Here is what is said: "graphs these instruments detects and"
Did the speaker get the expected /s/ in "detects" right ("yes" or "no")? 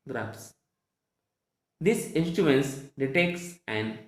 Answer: yes